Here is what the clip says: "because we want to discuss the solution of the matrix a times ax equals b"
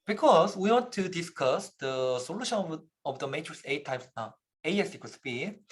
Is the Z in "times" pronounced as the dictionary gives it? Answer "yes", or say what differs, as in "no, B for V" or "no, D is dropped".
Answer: no, S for Z